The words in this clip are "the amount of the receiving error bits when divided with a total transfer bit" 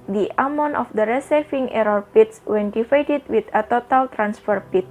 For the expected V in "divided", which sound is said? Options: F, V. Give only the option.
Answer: F